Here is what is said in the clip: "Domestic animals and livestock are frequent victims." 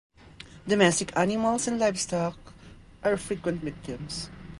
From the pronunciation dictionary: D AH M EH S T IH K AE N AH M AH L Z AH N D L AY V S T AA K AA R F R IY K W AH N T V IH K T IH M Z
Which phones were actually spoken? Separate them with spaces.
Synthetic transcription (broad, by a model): D AH M EH S T IH K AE N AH M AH L S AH N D L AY F S T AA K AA R F R IY K W AH N T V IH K T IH M S